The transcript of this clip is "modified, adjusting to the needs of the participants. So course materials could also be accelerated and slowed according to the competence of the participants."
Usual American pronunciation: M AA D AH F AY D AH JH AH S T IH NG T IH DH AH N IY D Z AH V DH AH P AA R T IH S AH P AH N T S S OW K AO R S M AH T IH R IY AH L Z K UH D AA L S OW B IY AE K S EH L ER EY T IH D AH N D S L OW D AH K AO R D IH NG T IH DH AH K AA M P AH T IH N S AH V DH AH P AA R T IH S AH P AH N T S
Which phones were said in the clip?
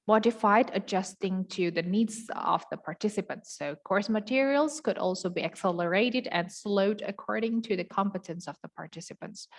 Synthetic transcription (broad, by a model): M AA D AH F AY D AH JH AH S T IH NG T IH DH AH N IY D Z AH V DH AH P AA R T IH S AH P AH N T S S OW K AO R S M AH T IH R IY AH L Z K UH D AA L S OW B IY AE K S EH L ER EY T IH D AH N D S L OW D AH K AO R D IH NG T IH DH AH K AA M P AH T IH N S AH V DH AH P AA R T IH S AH P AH N T S